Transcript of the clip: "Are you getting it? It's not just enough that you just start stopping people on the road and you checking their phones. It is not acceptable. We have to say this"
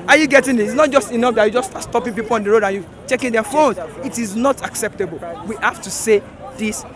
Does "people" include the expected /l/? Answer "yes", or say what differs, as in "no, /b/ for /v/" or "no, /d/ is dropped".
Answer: yes